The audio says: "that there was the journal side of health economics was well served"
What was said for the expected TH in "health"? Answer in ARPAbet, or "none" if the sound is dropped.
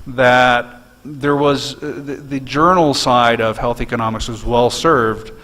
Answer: TH